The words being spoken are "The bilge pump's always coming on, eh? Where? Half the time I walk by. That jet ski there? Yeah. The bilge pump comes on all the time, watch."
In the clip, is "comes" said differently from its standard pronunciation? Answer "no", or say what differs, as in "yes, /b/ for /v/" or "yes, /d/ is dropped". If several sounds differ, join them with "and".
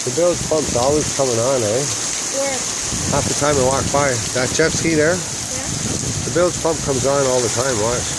no